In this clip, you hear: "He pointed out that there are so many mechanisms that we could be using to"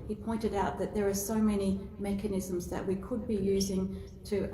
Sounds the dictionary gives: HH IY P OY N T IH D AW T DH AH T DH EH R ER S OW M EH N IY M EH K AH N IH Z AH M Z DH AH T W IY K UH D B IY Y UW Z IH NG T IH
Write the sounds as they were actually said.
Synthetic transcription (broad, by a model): HH IY P OY N T IH D AW T DH AH T DH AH R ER S OW M EH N IY M EH K AH N IH Z AH M Z DH AH T W IY K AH D B IY Y UW Z IH NG T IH